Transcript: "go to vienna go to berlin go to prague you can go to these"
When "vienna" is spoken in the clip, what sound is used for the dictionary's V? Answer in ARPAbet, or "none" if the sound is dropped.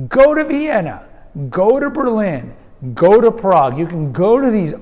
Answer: V